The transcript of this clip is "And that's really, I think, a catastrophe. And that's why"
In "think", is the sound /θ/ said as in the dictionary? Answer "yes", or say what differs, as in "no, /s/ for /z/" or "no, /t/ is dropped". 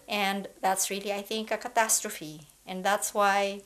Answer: yes